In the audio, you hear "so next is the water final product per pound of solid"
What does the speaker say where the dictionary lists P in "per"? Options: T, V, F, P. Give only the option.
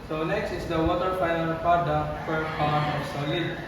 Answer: F